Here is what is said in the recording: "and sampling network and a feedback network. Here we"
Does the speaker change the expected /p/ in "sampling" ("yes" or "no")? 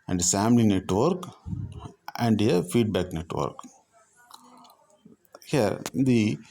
yes